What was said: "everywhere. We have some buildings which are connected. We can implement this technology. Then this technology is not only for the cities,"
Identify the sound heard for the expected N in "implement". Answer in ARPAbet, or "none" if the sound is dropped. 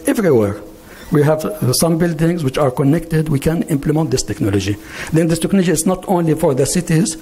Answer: N